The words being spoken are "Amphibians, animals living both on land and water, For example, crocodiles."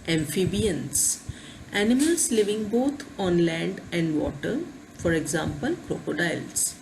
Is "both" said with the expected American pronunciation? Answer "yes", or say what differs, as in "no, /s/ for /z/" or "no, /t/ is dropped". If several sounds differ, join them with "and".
no, /t/ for /θ/